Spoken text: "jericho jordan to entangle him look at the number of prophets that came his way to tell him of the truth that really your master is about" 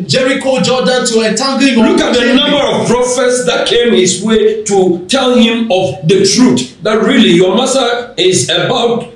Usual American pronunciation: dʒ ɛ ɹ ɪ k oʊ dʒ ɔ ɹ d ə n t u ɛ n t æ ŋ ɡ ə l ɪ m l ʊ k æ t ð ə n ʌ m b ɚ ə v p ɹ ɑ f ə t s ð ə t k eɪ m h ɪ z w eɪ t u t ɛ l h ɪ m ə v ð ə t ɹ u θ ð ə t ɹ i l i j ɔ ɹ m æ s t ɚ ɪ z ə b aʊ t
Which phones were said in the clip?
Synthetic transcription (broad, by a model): dʒ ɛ ɹ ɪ k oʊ dʒ ɔ d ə n t u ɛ t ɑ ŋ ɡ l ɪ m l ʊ k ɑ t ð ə n ʌ m b ɚ ə v p ɹ ɑ f ə t s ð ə t k eɪ m h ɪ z w eɪ t u t ɛ l h ɪ m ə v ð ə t ɹ u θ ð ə t ɹ i l i j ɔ m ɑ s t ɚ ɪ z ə b aʊ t